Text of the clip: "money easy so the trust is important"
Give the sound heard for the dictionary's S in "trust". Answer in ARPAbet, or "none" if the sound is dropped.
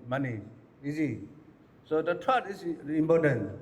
none